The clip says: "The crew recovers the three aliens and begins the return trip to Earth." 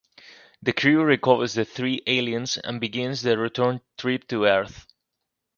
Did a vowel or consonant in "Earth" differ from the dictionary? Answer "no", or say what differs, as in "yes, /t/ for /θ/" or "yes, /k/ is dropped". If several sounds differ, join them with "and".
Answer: no